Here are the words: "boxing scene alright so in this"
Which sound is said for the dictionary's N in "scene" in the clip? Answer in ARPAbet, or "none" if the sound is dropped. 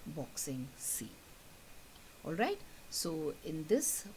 none